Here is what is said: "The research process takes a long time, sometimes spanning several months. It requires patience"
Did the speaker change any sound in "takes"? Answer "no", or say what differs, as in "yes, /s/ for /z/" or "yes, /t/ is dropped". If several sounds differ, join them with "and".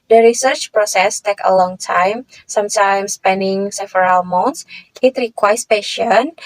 yes, /s/ is dropped